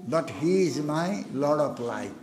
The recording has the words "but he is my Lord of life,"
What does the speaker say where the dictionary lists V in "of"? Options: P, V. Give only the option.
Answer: P